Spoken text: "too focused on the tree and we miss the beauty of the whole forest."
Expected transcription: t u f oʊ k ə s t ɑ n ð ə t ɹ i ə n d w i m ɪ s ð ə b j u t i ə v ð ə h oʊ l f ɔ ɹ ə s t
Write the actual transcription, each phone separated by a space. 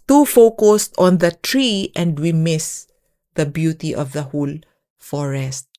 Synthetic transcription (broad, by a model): t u f oʊ k ə s t ɑ n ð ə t ɹ i ə n d w i m ɪ s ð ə b j u t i ə v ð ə h oʊ l f ɔ ɹ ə s t